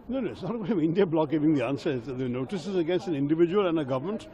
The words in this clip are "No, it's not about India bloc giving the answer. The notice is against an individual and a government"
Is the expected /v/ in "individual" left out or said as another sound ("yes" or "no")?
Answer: no